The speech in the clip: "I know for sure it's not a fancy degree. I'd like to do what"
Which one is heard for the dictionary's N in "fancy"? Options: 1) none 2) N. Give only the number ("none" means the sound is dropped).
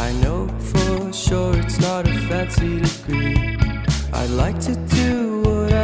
1